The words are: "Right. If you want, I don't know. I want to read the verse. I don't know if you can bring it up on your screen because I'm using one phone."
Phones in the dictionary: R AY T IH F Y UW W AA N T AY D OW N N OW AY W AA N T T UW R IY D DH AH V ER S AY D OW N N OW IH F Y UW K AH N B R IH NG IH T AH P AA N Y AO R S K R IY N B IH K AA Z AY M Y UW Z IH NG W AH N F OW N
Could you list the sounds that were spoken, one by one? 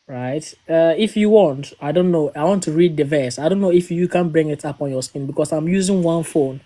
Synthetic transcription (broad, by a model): R AY T IH F Y UW W AA N T AY D OW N N OW AY W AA N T T UW R IY D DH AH V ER S AY D OW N N OW IH F Y UW K AH N B R IH NG IH T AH P AA N Y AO S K IY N B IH K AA S AY M Y UW Z IH NG W AH N F OW N